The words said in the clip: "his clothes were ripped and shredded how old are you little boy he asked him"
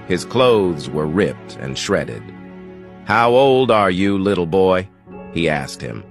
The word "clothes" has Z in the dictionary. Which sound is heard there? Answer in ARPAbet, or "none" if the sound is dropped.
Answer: Z